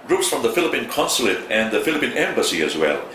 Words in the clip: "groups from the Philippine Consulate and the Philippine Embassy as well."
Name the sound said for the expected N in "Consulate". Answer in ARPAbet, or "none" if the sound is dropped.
N